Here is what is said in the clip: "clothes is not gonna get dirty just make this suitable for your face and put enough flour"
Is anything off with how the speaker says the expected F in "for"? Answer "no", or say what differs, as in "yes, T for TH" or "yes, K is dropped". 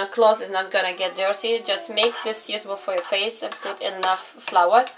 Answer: no